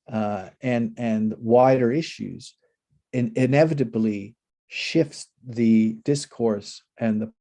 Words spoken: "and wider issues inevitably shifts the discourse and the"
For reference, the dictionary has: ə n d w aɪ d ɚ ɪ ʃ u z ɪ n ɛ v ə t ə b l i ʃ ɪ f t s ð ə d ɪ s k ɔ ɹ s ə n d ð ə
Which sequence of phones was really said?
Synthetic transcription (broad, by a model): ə n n w aɪ d ɚ ɪ ʃ u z ɪ n ɛ v ə t ə b l i ʃ ɪ f t s ð ə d ɪ s k ɔ ɹ s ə n ð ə